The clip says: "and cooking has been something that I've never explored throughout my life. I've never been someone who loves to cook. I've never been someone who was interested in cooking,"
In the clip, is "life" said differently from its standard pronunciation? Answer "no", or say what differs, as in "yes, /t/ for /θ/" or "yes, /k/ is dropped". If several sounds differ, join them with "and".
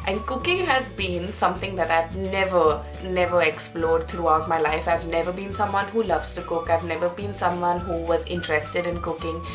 no